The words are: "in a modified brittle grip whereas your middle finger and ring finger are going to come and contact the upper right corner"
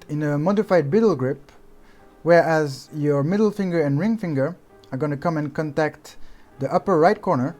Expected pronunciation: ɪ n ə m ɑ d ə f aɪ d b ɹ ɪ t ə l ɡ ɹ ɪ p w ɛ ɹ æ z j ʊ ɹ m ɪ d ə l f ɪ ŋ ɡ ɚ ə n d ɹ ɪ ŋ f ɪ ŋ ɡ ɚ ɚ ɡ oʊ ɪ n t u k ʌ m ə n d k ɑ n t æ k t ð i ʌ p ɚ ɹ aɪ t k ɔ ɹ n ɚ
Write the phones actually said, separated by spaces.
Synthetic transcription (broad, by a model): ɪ n ə m ɑ d ə f aɪ d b ɪ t l ɡ ɹ ɪ p w ɛ ɹ æ z j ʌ ɹ m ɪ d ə l f ɪ ŋ ɡ ɚ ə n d ɹ ɪ ŋ f ɪ ŋ ɡ ɚ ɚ ɡ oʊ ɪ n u k ʌ m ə n k ɑ n t æ k t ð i ʌ p ɚ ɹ aɪ t k ɔ ɹ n ɚ